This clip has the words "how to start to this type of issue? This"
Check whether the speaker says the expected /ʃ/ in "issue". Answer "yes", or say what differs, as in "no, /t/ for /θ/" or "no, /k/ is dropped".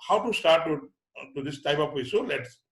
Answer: no, /s/ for /ʃ/